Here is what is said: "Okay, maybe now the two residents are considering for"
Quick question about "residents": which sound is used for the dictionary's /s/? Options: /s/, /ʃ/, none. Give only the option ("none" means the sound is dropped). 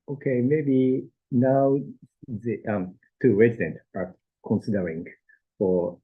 none